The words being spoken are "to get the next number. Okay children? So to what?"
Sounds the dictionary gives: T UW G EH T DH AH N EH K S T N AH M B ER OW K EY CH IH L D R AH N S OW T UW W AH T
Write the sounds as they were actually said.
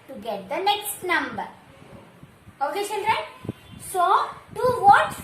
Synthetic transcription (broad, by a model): T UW G EH T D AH N EH K S T N AH M B ER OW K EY SH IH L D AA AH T S OW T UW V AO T